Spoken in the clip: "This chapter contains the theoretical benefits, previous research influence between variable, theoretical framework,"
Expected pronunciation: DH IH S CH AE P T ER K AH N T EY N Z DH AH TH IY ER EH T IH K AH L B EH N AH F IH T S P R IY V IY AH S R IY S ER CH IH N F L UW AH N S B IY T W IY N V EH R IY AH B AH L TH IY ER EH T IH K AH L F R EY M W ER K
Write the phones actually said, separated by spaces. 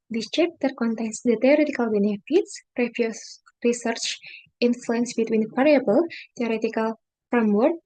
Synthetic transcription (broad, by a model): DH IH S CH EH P T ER K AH N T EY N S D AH T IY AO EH T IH K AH L B EH N AH F IH T S R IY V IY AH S R IY S ER CH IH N F L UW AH N S B IY T W IY N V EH R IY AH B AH L T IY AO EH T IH K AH L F R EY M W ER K